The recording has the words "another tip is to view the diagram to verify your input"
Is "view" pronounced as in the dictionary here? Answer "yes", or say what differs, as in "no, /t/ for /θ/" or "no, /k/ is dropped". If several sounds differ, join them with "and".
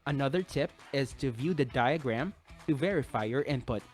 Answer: yes